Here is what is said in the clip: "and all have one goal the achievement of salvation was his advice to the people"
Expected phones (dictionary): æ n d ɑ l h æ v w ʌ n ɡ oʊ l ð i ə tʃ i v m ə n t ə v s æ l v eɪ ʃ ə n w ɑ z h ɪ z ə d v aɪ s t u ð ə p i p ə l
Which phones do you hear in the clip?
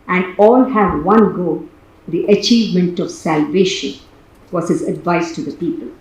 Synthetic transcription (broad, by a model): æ n d ɑ l h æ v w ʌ n ɡ oʊ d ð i ə tʃ i v m ə n t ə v s æ l v eɪ ʃ ə n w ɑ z h ɪ z ə d v aɪ s t u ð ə p i p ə l